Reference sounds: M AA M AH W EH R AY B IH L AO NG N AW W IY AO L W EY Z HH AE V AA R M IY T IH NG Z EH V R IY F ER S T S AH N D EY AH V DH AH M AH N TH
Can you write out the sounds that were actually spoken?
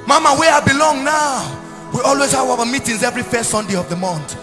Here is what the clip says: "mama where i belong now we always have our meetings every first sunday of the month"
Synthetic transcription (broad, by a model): M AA M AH W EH AY B IH L AO NG N AW W IY AO L W EY Z HH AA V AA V M IY T IH NG Z EH V R IY F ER S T S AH N D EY AH V DH AH M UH N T